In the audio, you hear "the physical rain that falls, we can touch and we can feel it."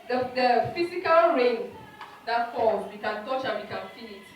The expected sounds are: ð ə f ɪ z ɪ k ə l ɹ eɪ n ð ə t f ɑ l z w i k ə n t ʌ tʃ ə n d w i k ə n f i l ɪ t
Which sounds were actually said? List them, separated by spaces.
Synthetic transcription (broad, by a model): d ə f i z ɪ k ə l ɹ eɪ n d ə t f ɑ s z w i k ə n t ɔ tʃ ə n w i k ə n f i n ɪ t